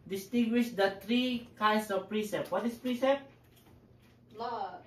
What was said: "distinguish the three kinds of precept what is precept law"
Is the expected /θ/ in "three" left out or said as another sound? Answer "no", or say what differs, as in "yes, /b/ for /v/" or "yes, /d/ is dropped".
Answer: yes, /t/ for /θ/